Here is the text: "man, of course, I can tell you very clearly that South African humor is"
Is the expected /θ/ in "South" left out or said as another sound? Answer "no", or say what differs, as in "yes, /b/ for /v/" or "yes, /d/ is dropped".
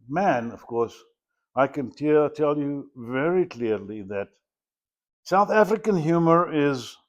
no